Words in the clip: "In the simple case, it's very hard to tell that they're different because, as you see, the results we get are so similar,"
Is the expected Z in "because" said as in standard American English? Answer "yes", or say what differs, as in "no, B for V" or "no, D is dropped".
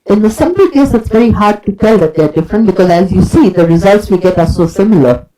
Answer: yes